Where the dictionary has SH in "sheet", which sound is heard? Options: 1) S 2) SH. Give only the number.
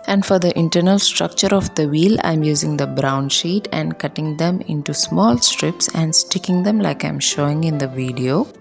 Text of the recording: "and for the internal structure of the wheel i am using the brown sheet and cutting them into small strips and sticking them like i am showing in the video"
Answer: 2